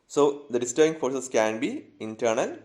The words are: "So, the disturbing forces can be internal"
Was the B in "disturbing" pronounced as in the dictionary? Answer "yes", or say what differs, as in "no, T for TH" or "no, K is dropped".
no, B is dropped